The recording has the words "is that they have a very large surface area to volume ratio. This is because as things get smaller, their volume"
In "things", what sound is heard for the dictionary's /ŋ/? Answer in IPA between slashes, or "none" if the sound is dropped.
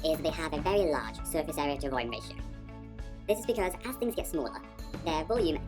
/ŋ/